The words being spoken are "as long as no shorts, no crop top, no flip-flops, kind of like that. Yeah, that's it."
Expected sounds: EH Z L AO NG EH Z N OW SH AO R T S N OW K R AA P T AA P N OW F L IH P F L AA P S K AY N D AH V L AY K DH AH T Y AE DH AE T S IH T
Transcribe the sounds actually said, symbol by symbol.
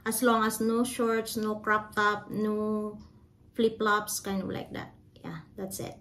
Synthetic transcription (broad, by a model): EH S L AO NG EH S N OW SH AO R T S N OW K R AA P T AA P N OW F L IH P L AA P S K AY N D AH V L AY K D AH T Y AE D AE T S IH T